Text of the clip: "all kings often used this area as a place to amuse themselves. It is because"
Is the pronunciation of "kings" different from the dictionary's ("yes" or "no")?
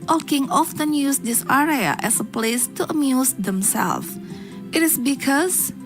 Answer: yes